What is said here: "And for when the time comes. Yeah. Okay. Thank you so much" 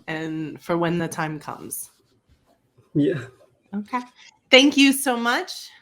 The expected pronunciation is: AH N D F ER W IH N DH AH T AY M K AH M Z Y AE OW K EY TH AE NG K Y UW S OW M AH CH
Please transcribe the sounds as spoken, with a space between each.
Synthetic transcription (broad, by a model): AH N F ER W IH N DH AH T AY M K AH M Z Y AE OW K EY TH AE NG K Y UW S OW M AH CH